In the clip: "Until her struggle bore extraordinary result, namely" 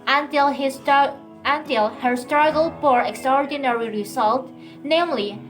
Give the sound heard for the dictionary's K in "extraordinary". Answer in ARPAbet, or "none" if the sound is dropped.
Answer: K